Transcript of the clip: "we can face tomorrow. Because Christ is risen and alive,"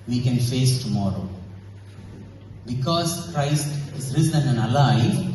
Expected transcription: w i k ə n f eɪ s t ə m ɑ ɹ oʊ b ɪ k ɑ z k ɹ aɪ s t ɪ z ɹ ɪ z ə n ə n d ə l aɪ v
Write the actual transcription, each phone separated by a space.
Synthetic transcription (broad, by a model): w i k ə n f eɪ s t ə m ɑ ɹ oʊ b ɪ k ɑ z k ɹ aɪ s t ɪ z ɹ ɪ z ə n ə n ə l aɪ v